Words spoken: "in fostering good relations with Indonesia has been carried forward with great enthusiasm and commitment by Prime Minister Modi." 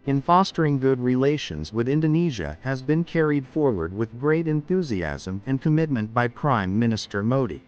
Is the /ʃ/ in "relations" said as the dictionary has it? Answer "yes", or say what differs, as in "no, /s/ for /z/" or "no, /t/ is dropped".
yes